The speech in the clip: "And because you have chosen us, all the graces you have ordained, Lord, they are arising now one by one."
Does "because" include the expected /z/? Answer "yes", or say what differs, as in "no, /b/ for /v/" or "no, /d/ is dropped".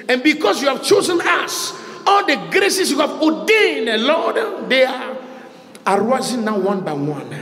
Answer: no, /s/ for /z/